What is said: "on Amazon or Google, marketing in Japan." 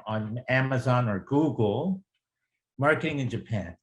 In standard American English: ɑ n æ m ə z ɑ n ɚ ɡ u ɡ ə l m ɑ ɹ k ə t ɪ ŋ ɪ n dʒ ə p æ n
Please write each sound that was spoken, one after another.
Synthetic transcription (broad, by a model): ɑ n æ m ə z ɑ n ɚ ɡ u ɡ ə l m ɑ ɹ k ə t ɪ ŋ ɪ n dʒ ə p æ n